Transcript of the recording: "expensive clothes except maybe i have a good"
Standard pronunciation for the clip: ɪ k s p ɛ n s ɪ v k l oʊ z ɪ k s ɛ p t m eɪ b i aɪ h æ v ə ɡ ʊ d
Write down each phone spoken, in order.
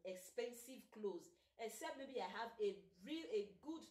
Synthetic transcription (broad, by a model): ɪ k s p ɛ n s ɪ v k l oʊ z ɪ k s ɛ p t m eɪ b i aɪ h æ v ə ɡ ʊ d